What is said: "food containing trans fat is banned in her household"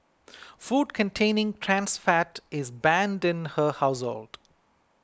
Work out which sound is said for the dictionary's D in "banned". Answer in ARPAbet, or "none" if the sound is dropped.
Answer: D